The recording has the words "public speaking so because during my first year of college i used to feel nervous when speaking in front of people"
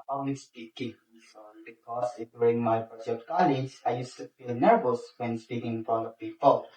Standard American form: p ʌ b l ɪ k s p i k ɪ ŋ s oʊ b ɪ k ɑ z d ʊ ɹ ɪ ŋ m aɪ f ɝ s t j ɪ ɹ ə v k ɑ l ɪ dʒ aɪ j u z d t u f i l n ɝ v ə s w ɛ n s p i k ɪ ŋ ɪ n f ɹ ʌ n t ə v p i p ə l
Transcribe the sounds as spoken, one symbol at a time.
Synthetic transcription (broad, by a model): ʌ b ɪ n s p i k ɪ ŋ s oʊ b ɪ k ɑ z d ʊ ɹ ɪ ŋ m aɪ p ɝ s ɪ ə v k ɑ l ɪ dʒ aɪ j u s t u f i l n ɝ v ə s w ɛ n s p i k ɪ ŋ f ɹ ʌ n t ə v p i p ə l